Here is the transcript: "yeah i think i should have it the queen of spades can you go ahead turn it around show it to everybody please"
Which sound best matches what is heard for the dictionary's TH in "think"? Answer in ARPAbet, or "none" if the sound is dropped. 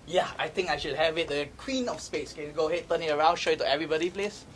T